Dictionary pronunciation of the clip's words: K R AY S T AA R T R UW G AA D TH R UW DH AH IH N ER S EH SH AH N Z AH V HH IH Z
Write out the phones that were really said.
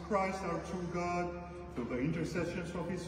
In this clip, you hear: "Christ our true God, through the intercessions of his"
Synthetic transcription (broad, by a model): K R AY S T AA R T UW G AA D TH UW DH AH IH N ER S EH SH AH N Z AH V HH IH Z